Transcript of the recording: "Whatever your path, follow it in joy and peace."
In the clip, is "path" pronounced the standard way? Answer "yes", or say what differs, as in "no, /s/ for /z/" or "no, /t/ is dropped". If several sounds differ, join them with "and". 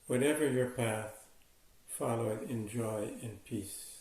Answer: yes